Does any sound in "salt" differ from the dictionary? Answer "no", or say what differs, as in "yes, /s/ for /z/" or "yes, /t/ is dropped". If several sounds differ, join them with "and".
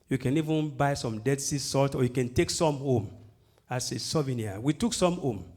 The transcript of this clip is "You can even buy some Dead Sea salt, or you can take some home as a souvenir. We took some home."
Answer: no